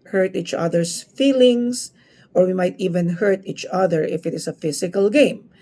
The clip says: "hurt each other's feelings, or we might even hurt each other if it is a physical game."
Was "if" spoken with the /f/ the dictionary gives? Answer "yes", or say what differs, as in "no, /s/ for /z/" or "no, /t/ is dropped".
yes